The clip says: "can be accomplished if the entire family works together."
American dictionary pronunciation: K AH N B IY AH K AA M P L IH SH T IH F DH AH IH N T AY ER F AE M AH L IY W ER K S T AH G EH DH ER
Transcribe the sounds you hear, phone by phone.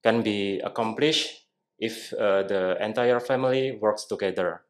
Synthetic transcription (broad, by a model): K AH N B IY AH K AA M P L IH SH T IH F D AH IH N T AY ER F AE M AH L IY W ER K S T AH G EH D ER